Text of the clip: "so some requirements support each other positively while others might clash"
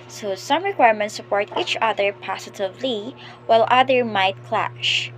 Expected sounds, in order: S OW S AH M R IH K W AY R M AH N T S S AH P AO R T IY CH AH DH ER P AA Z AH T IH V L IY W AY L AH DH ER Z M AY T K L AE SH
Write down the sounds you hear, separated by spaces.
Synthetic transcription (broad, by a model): S OW S AH M R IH K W AY R M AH N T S S AH P AO R T IY CH AH DH ER P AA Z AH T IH V L IY W AY L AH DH ER M AY T K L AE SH